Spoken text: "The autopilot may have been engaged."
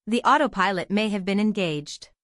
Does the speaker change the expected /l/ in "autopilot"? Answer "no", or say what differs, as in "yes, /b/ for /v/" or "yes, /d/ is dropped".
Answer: no